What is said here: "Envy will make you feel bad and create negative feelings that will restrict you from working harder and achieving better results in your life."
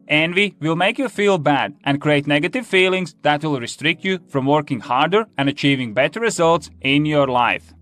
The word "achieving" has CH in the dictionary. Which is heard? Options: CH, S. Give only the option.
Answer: CH